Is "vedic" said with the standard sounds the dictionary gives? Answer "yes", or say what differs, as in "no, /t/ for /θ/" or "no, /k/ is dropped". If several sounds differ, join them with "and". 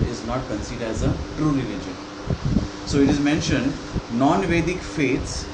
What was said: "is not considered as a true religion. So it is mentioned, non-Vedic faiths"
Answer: yes